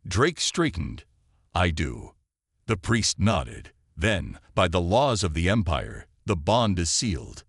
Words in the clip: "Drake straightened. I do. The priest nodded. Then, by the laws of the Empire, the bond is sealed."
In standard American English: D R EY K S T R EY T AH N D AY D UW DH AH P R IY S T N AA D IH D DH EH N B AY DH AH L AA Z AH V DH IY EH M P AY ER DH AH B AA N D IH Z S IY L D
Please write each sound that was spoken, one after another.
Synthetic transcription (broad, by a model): D R EY K S T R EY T N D AY D UW DH AH P R IY S T N AA D IH D DH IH N B AY DH AH L AA Z AH V DH IY EH M P AY ER DH AH B AA N D IH Z S IY L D